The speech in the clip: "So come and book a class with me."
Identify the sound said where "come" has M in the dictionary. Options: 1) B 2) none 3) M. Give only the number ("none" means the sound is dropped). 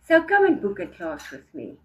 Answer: 2